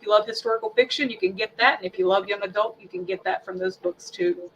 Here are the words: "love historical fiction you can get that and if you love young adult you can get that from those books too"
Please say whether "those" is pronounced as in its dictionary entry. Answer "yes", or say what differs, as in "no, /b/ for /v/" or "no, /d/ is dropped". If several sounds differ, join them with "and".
yes